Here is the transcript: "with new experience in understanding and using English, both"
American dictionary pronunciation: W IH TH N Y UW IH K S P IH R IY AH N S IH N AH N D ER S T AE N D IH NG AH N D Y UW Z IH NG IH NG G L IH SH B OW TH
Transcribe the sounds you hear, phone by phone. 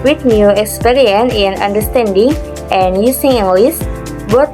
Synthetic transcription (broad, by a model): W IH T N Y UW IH K S P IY R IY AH N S IH N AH N D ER S T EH N D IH NG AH N Y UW S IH NG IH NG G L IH S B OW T